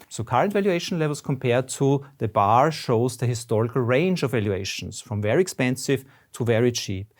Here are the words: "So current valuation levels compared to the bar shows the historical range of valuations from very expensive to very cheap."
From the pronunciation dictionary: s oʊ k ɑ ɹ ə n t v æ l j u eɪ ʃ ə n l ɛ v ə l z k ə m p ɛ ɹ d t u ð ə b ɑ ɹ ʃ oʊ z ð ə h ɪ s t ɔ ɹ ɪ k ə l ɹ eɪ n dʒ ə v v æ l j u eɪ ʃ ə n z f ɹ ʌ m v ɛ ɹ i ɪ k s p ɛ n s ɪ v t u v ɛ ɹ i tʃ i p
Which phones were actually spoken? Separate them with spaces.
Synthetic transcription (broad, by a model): s oʊ k ɑ ɹ ə n t v æ l j u eɪ ʃ ə n l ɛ v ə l s k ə m p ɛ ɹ d t u ð ə b ɑ ɹ ʃ oʊ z ð ə h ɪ s t ɔ ɹ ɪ k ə l ɹ eɪ n dʒ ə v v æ l j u eɪ ʃ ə n s f ɹ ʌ m v ɛ ɹ i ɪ k s p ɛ n s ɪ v t u v ɛ ɹ i tʃ i p